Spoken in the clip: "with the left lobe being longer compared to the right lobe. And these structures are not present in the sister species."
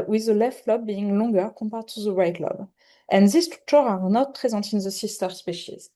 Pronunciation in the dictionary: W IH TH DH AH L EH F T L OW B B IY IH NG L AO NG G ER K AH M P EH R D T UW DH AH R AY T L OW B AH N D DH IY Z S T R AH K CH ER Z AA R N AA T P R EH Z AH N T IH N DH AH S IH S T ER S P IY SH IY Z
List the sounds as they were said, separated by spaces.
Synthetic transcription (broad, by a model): W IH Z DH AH L EH F T L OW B B IY IH NG L AO NG G ER K AH M P EH R D T UW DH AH R AY T L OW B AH N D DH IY S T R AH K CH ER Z AA R N AA T P R EH Z AH N T IH N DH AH S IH S T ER S P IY SH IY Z